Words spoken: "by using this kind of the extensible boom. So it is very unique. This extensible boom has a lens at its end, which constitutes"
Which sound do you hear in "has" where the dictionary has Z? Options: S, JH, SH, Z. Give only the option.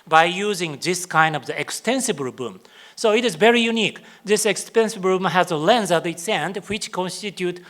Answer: Z